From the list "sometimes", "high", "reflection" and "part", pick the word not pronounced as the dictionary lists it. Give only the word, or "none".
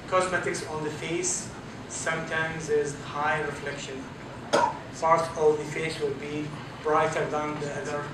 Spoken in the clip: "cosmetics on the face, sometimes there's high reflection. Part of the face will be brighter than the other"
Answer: none